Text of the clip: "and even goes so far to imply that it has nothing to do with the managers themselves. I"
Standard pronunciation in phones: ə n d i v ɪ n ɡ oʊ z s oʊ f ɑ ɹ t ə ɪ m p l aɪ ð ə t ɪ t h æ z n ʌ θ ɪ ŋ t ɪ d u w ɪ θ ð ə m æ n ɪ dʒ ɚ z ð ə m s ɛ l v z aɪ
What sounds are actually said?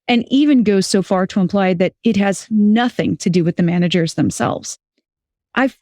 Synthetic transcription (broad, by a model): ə n i v ɪ n ɡ oʊ z s oʊ f ɑ ɹ t ə ɪ m p l aɪ ð ə t ɪ t h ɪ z n ʌ θ ɪ ŋ t ɪ d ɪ w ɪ ð ə m æ n ɪ dʒ ɚ z ð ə m s ɛ l v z aɪ